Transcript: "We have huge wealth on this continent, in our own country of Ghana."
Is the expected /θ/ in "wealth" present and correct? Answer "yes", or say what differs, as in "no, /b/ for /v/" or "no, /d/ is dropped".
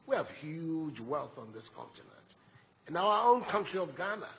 yes